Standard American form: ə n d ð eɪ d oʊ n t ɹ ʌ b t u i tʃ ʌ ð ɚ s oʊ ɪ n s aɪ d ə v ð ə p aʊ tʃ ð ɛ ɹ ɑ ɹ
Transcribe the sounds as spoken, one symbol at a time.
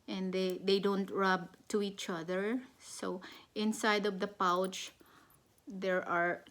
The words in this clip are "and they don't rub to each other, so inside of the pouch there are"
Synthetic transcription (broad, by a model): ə n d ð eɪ d oʊ n t ɹ ʌ b t u i tʃ ʌ ð ɚ s oʊ ɪ n s aɪ d ə v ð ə p aʊ tʃ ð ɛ ɹ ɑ ɹ